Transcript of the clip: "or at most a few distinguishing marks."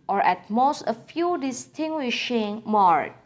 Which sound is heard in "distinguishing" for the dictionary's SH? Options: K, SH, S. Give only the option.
SH